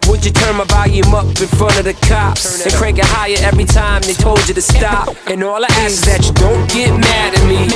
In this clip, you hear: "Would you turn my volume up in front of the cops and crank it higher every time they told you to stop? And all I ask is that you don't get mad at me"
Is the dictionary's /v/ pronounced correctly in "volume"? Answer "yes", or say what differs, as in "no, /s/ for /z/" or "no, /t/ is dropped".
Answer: no, /b/ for /v/